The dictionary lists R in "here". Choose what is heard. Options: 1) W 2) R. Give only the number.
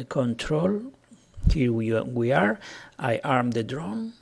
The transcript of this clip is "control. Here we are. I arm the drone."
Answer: 1